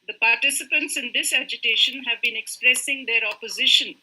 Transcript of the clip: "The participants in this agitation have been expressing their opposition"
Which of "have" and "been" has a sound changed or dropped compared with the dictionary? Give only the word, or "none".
none